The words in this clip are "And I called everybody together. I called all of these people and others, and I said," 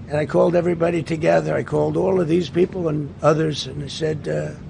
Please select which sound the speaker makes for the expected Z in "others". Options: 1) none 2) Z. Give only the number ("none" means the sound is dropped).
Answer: 2